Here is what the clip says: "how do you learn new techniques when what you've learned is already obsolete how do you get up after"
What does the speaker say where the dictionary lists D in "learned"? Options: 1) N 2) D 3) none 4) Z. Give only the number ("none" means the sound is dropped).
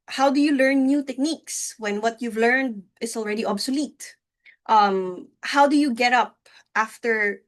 2